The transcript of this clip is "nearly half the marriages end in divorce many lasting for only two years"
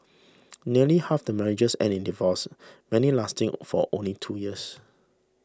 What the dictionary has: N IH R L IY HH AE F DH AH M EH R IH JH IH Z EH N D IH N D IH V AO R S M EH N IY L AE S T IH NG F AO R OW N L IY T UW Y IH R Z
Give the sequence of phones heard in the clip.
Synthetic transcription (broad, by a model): N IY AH L IY HH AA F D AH M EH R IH JH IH S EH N IH N D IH V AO S M EH N IY L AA S T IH NG F AO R OW N L IY T UW Y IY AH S